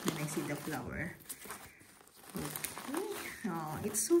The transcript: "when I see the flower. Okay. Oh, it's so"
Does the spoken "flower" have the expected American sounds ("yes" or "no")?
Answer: yes